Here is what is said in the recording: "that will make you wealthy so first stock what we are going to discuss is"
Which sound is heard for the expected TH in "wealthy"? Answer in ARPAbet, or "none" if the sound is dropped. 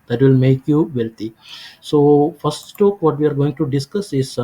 T